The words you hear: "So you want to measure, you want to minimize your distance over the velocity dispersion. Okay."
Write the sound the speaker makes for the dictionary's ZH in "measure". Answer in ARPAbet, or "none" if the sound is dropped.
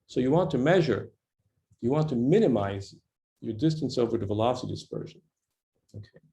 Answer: ZH